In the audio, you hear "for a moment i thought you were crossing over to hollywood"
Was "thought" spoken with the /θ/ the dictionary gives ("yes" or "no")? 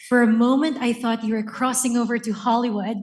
yes